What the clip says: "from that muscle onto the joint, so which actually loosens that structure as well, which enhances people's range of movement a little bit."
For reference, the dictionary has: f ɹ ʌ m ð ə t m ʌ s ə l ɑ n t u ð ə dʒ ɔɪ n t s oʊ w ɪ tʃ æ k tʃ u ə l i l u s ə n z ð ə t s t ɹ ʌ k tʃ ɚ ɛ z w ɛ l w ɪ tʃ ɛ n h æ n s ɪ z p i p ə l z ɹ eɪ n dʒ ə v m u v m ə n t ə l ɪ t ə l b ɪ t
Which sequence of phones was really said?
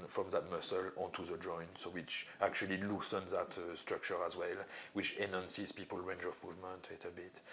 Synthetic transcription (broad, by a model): f ɹ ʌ m ð ə t m ʌ s ə l ɑ n t u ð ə dʒ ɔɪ n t s oʊ w ɪ tʃ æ k tʃ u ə l i l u s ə n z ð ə t s t ɹ ʌ k tʃ ɚ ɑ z w ɛ l w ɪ tʃ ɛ n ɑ n s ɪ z p i p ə l ɹ eɪ n dʒ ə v m u v m ə n t ə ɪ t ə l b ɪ t